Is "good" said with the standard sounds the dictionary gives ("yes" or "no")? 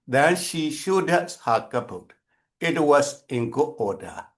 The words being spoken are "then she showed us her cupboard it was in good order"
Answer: no